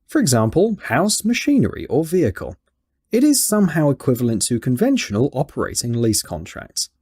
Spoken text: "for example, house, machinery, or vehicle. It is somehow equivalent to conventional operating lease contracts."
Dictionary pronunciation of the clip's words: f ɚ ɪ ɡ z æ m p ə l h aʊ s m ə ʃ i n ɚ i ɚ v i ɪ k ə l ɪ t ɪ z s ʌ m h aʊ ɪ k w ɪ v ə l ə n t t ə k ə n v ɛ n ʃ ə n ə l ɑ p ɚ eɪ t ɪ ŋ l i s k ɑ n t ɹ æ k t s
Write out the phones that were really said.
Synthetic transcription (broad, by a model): f ɚ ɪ ɡ z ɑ m p ə l h aʊ s m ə ʃ i n ɚ i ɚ v i ɪ k ə l ɪ t ɪ z s ʌ m h aʊ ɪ k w ɪ v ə l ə n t t ə k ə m v ɛ n ʃ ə n ə l ɑ p ɚ eɪ t ɪ ŋ l i s k ɑ n t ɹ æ k t s